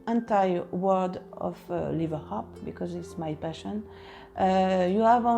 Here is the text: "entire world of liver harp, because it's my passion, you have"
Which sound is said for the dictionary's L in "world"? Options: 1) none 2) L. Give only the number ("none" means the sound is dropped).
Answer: 1